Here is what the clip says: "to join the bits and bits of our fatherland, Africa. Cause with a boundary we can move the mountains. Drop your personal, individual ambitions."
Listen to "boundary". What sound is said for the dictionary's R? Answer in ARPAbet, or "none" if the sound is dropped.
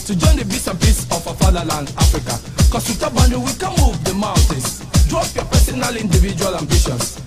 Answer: none